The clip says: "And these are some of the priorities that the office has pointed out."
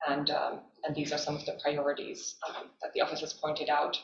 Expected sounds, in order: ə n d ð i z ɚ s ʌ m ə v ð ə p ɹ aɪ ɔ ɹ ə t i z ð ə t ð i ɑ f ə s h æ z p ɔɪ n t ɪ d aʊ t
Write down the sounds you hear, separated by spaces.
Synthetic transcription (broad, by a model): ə n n ð i z ɚ s ʌ m ə v ð ə p ɹ aɪ ɔ ɹ ə t i z ð ə t ð i ɑ f ə s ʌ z p ɔɪ n t ɪ d aʊ t